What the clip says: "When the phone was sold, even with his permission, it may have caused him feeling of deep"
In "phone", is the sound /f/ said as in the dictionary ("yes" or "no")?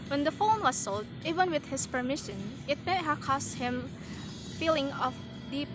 yes